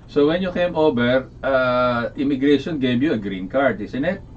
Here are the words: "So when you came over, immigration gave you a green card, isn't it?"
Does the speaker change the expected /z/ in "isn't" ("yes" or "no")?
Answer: yes